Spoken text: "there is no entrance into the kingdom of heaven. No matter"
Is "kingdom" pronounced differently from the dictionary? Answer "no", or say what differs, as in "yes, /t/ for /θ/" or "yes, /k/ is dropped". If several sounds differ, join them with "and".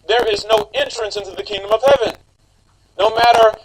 no